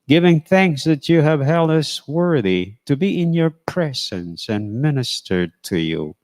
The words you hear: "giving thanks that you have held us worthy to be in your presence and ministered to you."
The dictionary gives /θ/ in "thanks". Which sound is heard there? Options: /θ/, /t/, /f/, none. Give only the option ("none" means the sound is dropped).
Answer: /θ/